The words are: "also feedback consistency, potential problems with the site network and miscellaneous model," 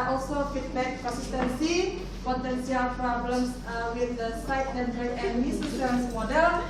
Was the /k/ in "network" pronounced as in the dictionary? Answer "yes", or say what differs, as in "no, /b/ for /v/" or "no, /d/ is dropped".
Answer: no, /k/ is dropped